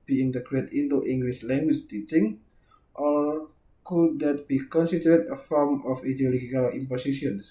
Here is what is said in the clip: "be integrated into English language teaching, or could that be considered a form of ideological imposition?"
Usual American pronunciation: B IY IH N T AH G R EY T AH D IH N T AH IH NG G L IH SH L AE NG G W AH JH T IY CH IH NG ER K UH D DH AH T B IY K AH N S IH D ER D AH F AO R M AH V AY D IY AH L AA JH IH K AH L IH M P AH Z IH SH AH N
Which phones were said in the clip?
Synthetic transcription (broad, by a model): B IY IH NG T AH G R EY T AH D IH T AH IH NG G L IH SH L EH NG G W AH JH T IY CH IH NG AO K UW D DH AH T B IY K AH N S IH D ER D AH F AO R M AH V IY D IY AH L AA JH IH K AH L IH M P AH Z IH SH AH N